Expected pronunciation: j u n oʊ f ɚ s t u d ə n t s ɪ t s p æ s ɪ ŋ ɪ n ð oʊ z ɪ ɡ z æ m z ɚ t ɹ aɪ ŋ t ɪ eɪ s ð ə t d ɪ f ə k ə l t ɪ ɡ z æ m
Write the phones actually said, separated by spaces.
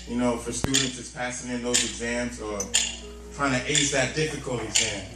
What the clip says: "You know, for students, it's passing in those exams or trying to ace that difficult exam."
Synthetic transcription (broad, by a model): j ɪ n oʊ f ɚ s t u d n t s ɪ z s p æ s ɪ ŋ ɪ n ð oʊ z ɪ ɡ z æ m z ɚ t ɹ aɪ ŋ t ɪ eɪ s ð ə t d ɪ f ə k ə l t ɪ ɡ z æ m